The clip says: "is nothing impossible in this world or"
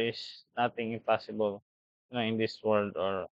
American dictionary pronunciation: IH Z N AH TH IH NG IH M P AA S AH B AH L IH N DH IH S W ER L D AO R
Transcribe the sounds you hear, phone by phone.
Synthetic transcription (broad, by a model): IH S N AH T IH NG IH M P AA S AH B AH L IH N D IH S W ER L D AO R